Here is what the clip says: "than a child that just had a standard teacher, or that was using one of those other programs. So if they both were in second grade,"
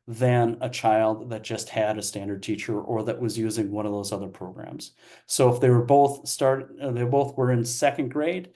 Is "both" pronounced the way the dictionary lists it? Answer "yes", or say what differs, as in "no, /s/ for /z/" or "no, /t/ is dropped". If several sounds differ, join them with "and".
yes